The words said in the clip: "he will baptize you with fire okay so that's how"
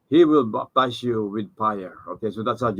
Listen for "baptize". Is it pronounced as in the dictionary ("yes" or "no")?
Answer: no